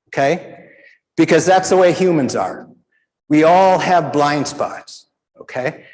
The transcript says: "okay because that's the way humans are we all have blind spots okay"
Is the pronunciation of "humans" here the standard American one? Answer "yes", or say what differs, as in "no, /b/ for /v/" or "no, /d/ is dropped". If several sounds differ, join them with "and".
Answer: yes